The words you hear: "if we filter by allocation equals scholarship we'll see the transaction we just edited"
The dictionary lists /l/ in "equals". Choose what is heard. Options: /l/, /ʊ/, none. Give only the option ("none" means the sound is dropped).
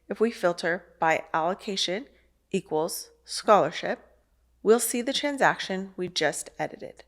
/l/